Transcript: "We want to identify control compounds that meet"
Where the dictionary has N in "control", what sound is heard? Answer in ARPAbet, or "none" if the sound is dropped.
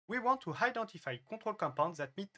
none